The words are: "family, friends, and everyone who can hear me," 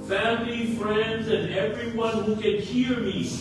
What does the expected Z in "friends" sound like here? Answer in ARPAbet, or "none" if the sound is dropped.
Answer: Z